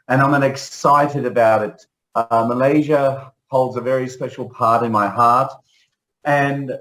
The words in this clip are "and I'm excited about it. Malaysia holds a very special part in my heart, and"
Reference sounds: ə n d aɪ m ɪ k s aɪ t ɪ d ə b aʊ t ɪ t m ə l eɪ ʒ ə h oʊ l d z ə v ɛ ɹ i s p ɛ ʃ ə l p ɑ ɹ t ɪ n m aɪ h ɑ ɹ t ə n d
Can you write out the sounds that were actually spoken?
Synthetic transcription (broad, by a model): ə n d aɪ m ɪ k s aɪ t ɪ d ə b aʊ t ɪ t m ə l eɪ ʒ ə h oʊ l d z ə v ɛ ɹ i s p ɛ ʃ l p ɑ ɹ t ɪ n m aɪ h ɑ ɹ t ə n